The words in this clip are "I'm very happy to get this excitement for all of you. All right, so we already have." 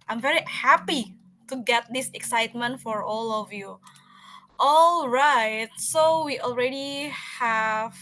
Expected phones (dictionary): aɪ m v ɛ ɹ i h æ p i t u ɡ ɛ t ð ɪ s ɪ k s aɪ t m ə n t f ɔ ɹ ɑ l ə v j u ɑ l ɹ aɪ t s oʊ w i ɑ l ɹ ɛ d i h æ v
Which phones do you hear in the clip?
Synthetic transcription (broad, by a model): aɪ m v ɛ ɹ i h æ p i t u ɡ ɛ t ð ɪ s ɪ k s aɪ t m ə n t f ɔ ɹ ɑ l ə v j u ɑ l ɹ aɪ t s oʊ w i ɑ l ɹ ɛ d i h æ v